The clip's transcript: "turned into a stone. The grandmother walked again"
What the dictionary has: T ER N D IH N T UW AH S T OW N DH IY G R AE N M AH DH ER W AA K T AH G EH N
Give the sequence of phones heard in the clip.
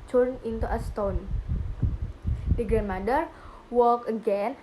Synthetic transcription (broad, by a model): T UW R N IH N T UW AH S T OW N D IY G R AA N M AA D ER W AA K AH G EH N